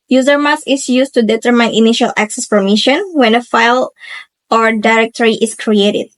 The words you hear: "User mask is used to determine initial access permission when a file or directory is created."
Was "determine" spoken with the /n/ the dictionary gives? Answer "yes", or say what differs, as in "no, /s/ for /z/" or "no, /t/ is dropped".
yes